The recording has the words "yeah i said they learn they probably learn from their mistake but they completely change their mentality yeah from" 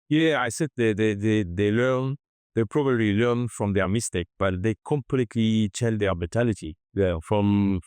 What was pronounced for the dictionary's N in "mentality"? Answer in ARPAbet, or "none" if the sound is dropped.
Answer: none